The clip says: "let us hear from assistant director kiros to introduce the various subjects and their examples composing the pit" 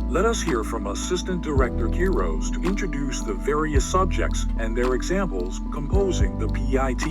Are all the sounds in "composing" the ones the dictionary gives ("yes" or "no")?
yes